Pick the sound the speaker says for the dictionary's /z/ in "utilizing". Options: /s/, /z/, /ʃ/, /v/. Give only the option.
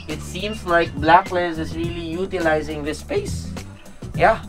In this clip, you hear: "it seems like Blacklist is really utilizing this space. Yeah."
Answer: /z/